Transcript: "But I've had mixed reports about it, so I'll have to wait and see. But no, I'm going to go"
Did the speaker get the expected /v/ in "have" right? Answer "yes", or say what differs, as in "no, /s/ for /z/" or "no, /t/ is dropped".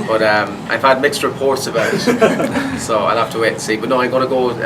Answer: no, /f/ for /v/